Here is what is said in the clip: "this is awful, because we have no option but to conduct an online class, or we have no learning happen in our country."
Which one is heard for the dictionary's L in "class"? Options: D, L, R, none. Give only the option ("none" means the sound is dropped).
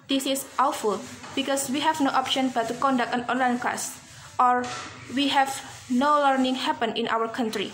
none